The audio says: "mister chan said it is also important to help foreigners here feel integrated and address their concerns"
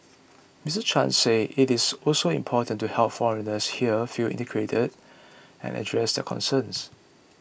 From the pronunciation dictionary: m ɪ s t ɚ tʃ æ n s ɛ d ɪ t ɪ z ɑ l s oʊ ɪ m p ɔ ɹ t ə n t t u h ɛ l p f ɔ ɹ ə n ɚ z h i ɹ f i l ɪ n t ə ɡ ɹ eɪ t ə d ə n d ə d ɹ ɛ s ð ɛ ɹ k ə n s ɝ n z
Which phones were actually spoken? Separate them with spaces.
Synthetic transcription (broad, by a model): m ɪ s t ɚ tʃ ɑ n s ɛ ɪ t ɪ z ɑ l s oʊ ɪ m p ɔ t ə n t t u h ɛ l p f ɔ ɹ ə n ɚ s h i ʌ f i l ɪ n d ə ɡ ɹ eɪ t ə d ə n ə d ɹ ɛ s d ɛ k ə n s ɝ n s